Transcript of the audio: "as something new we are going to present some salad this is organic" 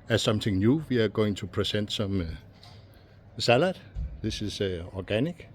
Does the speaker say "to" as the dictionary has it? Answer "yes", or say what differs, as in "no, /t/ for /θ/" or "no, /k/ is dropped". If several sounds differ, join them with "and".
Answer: no, /s/ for /t/